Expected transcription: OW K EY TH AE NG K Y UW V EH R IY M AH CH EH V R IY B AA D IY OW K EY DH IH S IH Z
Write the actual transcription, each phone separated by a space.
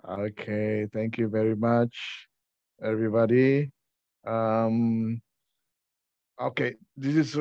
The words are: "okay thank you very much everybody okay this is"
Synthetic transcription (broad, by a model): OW K EY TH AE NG K Y UW V EH R IY M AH CH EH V R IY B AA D IY OW K EY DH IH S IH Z